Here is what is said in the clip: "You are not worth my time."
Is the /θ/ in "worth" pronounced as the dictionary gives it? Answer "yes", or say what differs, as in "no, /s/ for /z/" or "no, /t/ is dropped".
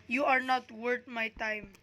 no, /t/ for /θ/